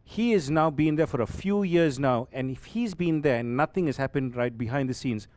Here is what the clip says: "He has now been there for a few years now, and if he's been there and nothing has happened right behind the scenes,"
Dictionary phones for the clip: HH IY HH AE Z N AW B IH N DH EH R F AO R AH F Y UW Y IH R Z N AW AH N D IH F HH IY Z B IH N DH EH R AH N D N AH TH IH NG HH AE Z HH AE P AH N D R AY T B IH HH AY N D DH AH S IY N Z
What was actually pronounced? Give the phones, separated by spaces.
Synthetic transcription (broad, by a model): HH IY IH Z N AW B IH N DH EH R F AO R AH F Y UW Y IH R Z N AW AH N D IH F HH IY Z B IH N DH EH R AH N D N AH T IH NG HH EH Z HH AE P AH N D R AY T B IH HH AY N D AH S IY N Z